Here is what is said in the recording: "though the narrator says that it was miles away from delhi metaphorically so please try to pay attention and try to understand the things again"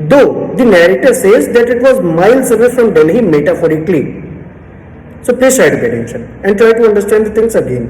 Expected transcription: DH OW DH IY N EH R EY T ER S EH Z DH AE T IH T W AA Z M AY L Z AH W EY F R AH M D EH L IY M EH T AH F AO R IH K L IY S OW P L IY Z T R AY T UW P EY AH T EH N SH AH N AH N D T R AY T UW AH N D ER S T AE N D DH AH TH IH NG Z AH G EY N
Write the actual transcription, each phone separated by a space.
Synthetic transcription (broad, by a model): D OW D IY N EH R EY T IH S EH Z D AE T IH T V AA Z M AY L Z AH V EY F R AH M D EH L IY M EH T AH F AO R IH K L IY S OW P L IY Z T R AY T UW B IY AH T EH N SH AH N AH N D T R AY T UW AH N D ER S T AE N D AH T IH NG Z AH G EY N